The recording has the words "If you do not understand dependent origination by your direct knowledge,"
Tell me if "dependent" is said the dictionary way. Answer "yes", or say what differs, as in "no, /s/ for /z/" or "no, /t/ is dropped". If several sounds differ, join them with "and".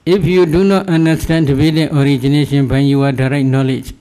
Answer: no, /b/ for /p/ and /n/ is dropped and /n/ is dropped